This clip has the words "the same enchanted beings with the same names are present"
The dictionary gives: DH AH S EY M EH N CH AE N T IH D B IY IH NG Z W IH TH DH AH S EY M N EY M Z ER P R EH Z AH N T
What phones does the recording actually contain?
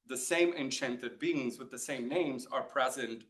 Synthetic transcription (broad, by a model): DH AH S EY M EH N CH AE N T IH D B IY IH NG Z W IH DH AH S EY M N EY M Z ER P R EH Z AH N T